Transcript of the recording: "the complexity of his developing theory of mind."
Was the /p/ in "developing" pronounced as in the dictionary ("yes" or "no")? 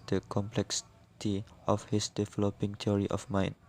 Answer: yes